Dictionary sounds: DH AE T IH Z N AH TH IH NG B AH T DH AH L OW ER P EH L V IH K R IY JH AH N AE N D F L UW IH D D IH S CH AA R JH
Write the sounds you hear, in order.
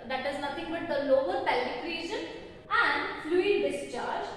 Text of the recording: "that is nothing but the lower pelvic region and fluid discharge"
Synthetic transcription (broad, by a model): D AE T IH Z N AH T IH NG B AH T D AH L OW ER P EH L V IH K R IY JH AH N AE N D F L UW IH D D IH S CH AA R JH